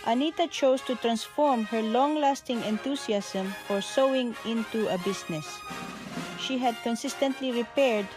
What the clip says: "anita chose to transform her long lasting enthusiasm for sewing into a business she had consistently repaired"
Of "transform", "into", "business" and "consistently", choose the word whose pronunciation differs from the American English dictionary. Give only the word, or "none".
business